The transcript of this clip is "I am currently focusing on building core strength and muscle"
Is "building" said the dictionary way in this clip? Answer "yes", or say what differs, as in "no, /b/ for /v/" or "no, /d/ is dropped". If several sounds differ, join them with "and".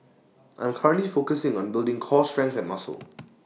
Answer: yes